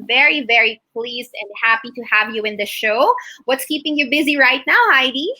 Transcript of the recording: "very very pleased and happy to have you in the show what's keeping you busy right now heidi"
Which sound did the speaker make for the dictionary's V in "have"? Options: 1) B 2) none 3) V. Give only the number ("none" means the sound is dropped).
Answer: 3